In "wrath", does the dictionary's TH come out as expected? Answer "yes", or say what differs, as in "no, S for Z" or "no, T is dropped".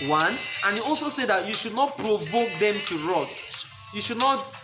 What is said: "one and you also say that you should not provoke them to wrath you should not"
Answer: no, T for TH